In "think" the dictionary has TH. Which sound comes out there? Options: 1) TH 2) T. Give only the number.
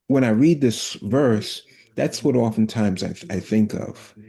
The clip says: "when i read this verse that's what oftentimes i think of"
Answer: 1